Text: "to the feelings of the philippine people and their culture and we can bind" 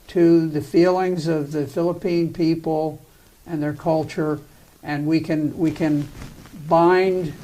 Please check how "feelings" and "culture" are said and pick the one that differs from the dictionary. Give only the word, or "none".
none